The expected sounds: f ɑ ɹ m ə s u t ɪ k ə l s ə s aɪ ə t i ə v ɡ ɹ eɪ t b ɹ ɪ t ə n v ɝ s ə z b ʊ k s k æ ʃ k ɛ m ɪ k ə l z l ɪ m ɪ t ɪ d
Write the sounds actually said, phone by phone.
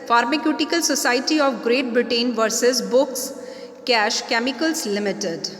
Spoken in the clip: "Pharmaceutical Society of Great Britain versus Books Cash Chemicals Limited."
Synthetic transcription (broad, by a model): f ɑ ɹ m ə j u t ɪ k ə l s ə s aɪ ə t i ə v ɡ ɹ eɪ t b ɹ ɪ t ə n v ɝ s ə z b ʊ k s k æ ʃ k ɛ m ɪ k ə l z l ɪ m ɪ t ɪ d